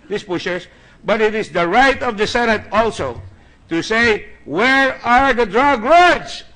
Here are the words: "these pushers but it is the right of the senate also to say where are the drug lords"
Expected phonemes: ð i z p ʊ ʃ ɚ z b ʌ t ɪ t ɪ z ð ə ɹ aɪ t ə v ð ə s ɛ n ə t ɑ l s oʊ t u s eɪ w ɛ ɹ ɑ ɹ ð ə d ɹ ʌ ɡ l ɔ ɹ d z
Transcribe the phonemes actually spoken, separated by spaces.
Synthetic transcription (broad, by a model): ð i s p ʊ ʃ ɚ s b ʌ t ɪ t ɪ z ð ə ɹ aɪ t ə v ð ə s ɛ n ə t ɑ l s oʊ t u s eɪ w ɛ ɹ ɑ ɹ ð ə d ɹ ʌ ɡ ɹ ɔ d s